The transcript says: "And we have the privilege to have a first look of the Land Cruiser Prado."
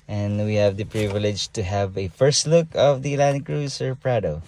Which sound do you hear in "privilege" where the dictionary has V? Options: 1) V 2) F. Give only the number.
1